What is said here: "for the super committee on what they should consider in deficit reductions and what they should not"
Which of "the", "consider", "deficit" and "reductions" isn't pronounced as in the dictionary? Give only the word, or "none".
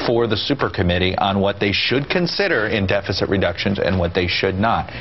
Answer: none